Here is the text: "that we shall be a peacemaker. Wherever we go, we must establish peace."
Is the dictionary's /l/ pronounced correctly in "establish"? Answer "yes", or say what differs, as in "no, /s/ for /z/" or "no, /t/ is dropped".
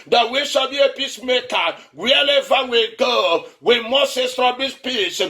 no, /l/ is dropped